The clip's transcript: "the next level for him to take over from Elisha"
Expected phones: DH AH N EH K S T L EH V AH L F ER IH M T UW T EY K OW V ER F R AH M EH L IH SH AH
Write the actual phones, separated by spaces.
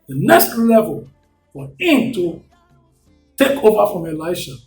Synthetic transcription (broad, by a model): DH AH N EH K S T L EH V AH L F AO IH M T UW T EY K OW V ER F R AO M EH L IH SH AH